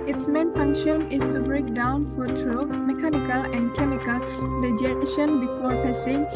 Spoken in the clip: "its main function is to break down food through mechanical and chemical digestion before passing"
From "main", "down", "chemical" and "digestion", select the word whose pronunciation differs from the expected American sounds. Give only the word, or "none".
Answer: digestion